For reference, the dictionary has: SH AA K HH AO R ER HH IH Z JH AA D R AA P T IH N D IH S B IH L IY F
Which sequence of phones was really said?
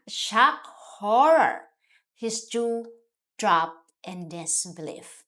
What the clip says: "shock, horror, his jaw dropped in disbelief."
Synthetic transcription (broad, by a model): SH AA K HH AO R ER HH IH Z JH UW D R AA P T IH N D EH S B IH L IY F